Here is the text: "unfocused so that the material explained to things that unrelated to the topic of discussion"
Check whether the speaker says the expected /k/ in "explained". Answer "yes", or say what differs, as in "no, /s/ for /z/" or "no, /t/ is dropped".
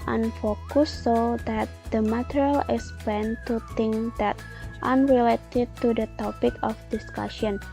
no, /k/ is dropped